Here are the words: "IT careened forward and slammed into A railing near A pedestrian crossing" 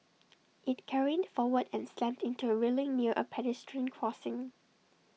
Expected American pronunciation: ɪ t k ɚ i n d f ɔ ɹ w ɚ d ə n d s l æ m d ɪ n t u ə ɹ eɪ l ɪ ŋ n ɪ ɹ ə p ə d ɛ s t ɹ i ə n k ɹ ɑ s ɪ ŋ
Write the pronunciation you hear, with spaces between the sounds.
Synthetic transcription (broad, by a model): ɪ t k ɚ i d f ɔ w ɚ d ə n s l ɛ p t ɪ n t u ə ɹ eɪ l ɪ ŋ n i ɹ ə p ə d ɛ s t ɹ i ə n k ɹ ɑ s ɪ ŋ